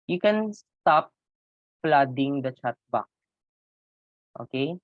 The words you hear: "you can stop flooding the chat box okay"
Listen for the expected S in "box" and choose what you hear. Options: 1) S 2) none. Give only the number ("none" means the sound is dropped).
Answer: 2